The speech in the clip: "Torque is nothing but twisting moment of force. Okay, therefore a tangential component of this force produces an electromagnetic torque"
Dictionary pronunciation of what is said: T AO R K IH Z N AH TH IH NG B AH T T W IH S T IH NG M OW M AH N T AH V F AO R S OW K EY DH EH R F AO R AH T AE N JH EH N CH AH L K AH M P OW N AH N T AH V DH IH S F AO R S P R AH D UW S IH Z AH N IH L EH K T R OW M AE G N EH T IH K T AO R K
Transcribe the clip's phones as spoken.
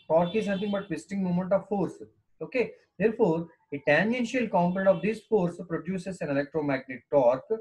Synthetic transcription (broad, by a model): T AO R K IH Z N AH T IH NG B AH T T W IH S T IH NG M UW M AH N T AH V F AO R S OW K EY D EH R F AO R AH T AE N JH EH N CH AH L K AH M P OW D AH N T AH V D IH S F AO R S P R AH D UW S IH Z AH N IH L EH K T R OW M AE G N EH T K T AO R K